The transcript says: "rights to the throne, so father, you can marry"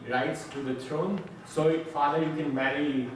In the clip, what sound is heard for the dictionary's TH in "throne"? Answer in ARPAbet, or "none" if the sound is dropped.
T